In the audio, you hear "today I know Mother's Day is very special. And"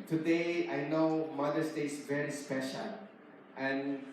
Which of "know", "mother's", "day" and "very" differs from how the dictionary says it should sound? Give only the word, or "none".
mother's